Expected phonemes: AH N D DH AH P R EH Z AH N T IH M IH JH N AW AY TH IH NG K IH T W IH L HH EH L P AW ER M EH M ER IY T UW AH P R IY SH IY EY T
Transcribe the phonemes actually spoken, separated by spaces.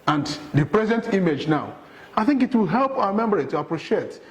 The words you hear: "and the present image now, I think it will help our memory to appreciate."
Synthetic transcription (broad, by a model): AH N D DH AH P R EH Z AH N T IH M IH JH N AW AY TH IH NG K IH T W IH L HH EH L P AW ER M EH M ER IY T UW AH P R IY SH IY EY T